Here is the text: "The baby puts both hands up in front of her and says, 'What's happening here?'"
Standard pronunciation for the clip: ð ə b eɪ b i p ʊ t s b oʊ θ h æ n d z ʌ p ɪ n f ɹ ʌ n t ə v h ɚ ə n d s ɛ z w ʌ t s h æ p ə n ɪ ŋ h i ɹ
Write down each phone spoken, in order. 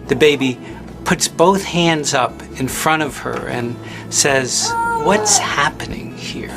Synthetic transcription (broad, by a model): ð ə b eɪ b i p ʊ t s b oʊ θ h æ n d z ʌ p ɪ n f ɹ ʌ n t ə v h ɚ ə n s ɛ z w ʌ t s h æ p ə n ɪ ŋ h i ɹ